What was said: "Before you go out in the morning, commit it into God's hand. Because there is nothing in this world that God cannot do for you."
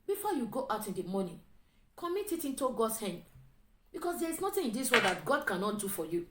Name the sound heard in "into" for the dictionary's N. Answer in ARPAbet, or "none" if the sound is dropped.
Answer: N